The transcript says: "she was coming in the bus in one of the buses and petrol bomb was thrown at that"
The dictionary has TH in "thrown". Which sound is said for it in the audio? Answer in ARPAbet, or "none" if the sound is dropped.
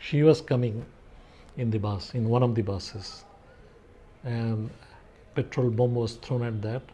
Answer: T